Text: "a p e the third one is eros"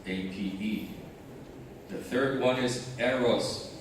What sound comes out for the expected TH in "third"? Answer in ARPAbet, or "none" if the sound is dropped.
TH